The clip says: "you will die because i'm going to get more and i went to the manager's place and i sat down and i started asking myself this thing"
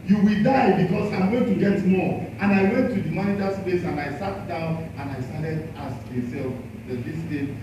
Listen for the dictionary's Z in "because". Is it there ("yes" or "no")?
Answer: no